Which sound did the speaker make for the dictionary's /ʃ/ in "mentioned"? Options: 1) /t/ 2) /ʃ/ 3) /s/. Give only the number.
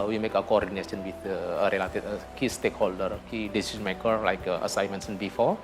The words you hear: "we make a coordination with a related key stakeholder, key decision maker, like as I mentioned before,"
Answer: 3